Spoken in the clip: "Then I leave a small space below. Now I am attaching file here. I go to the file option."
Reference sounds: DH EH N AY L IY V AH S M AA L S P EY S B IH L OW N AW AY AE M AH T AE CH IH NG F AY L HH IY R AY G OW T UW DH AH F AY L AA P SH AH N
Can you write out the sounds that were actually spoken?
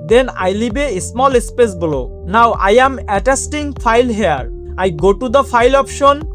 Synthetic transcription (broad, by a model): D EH N AY L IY B AH S M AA L S P EY S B L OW N AW AY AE M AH T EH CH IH NG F AY L HH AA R AY G OW T UW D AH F AY L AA P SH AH N